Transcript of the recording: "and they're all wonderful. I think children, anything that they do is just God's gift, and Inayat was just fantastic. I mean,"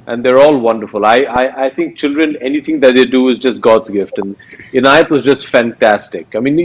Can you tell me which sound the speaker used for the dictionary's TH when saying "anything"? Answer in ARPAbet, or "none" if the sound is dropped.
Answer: T